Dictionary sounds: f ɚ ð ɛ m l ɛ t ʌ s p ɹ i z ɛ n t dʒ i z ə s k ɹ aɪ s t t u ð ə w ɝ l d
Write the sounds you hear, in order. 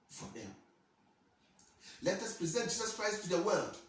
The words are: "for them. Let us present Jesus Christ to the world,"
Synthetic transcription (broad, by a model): f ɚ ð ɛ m l ɛ t ʌ s p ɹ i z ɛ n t dʒ i z ə s k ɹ aɪ s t t u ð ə w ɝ l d